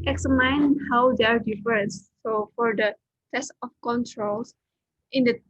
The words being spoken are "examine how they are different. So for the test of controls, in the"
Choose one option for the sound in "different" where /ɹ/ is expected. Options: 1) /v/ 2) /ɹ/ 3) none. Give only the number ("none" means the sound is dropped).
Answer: 3